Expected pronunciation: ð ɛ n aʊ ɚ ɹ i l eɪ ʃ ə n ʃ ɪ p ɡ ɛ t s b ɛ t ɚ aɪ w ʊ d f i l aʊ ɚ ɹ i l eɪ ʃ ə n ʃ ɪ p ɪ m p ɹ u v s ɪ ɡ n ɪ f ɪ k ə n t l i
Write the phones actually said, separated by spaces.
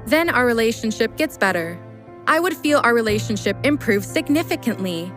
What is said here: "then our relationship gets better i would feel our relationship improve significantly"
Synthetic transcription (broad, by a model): ð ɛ n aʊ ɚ ɹ i l eɪ ʃ ə n ʃ ɪ p ɡ ɛ t s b ɛ t ɚ aɪ w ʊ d f i l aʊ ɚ ɹ i l eɪ ʃ ə n ʃ ɪ p ɪ m p ɹ u v s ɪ ɡ n ɪ f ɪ k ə n t l i